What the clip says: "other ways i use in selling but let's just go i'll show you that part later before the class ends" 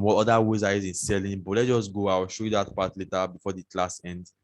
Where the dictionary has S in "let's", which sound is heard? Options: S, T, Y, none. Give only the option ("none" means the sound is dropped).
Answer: none